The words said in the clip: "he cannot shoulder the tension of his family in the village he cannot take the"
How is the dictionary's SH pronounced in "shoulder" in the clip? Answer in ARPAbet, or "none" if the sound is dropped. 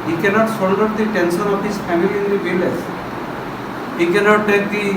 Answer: S